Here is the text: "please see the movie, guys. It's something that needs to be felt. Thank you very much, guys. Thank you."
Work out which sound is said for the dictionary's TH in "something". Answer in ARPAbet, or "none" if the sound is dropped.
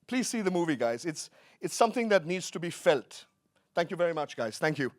TH